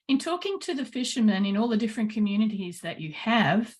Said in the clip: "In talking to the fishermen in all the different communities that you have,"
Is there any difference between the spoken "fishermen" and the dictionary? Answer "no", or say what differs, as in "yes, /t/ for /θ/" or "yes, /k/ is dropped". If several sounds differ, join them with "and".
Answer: no